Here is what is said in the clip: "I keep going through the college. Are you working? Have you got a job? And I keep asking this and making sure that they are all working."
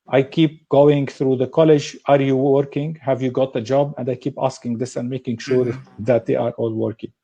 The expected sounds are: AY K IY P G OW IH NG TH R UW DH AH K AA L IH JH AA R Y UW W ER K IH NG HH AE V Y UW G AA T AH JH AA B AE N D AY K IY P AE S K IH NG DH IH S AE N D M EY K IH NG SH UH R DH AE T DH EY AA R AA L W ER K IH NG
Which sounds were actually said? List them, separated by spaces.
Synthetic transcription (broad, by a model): AY K IY P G OW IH NG TH R UW DH AH K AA L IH JH AA R Y UW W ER K IH NG HH AE V Y UW G AA T AH JH AA B AE N D AY K IY P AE S K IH NG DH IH S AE N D M EY K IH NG SH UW R DH AE T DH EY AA R AA L W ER K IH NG